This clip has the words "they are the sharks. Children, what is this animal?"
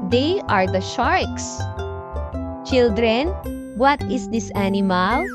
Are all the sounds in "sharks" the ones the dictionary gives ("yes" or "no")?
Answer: yes